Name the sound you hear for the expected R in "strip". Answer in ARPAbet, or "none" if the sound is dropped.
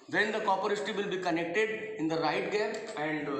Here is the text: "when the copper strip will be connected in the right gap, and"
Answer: none